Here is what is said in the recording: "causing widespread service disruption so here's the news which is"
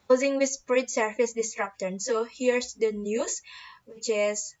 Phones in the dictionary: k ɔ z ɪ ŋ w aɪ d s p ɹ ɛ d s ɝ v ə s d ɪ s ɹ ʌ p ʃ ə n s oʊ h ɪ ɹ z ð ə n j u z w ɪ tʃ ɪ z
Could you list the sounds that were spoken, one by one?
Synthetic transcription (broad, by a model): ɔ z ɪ ŋ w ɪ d s p ɹ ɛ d s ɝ f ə s d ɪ s ɹ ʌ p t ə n s oʊ h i ɹ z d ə n j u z w ɪ tʃ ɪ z